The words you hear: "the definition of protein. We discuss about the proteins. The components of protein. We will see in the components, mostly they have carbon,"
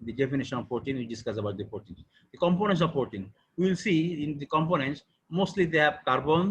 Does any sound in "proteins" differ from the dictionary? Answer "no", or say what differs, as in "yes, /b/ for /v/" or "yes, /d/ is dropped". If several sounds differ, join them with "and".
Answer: yes, /ɹ/ is dropped